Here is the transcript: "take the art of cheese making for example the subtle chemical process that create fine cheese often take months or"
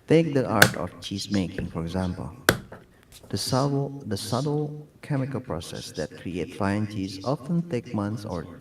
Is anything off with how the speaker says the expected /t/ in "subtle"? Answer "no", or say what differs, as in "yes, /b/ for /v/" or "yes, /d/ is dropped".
yes, /s/ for /t/